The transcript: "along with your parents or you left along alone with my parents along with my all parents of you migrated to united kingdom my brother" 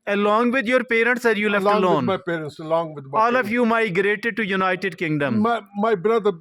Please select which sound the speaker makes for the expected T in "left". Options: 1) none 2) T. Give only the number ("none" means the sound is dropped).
1